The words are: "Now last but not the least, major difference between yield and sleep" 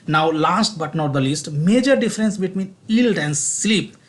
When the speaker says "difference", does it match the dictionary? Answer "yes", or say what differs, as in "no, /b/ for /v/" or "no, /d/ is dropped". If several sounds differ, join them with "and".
yes